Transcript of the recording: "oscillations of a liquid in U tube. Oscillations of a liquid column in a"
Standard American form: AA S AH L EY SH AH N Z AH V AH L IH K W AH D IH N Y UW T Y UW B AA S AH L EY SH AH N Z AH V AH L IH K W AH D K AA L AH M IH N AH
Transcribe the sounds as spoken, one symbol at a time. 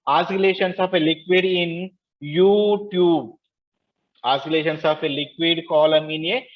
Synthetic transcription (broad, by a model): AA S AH L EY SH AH N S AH F AH L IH K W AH D IH N Y UW T Y UW B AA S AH L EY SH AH N S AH F AH L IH K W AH D K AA L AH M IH N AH